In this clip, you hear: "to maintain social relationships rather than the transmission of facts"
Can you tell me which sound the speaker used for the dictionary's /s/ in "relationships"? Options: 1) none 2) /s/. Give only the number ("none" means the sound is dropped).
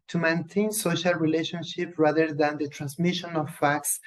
1